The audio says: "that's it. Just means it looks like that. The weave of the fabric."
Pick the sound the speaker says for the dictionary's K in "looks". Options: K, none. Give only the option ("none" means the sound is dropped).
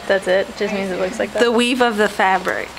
K